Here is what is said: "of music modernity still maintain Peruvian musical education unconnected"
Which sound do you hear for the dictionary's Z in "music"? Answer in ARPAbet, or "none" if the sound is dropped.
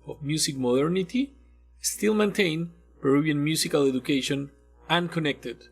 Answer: S